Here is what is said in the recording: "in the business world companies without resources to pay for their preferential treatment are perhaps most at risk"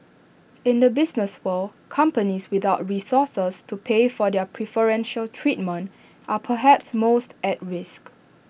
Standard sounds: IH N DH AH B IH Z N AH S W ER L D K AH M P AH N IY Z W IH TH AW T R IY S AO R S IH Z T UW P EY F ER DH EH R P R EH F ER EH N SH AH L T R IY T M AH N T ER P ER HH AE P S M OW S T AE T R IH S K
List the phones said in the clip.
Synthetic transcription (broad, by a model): IH N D AH B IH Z N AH S W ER L K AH M P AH N IY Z W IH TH AW T R IY S AO S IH S T UW P EY F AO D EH P R EH F ER EH N SH AH L T R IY T M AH N T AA P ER HH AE P S M OW S T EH T R IH S K